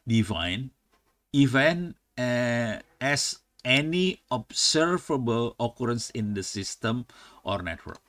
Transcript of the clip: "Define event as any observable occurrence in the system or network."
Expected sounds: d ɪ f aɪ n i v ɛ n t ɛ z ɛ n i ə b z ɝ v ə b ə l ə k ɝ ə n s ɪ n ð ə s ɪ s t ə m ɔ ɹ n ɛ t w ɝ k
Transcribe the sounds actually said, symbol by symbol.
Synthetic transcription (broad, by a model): d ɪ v aɪ n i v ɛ n ɛ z ɛ n i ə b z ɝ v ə b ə l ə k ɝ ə n s ɪ n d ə s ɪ s t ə m ɔ ɹ n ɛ t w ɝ k